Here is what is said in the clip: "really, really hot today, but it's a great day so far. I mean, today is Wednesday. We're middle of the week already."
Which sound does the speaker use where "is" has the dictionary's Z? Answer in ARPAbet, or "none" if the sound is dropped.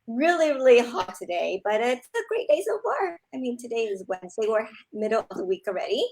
Z